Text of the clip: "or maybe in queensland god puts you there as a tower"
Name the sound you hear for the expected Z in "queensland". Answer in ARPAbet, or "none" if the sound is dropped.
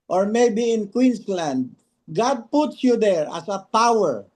S